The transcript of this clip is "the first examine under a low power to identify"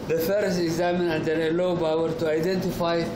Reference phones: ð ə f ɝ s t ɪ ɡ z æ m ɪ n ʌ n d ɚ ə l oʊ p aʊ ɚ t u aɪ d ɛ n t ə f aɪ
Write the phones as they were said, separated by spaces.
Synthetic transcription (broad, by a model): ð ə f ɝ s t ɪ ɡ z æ m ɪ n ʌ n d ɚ ə l oʊ b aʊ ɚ t u aɪ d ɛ n t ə f aɪ